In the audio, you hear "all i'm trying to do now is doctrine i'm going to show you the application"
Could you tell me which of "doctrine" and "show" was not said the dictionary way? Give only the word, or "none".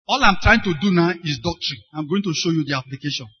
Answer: none